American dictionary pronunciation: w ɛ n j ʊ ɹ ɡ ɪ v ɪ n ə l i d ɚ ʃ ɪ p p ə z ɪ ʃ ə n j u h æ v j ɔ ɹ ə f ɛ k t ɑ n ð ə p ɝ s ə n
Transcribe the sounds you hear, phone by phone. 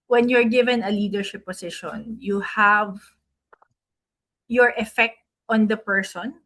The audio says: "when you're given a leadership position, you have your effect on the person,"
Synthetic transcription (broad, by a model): w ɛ n j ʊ ɹ ɡ ɪ v ɪ n ə l i d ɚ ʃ ɪ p p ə s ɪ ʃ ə n j u h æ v j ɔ ɹ ə f ɛ k t ɑ n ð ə p ɝ s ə n